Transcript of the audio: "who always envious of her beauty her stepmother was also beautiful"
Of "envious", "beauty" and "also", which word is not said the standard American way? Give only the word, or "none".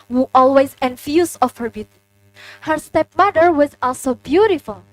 envious